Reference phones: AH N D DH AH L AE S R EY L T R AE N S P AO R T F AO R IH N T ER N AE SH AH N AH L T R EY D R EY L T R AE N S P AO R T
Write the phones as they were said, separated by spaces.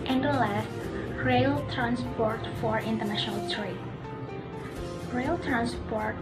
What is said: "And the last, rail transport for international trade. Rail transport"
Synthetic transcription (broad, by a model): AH N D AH L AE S R EY L T R AE N S P AO R T F AO R IH N T ER N AE SH AH N AH L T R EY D R EY L T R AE N S P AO R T